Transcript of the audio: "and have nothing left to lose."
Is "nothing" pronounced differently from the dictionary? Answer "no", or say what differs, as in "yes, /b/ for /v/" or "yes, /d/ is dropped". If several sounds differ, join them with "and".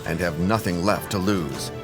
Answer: no